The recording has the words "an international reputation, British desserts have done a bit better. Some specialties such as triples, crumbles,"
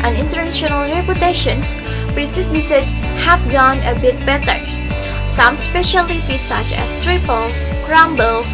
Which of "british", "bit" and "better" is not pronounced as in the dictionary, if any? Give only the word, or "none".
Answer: british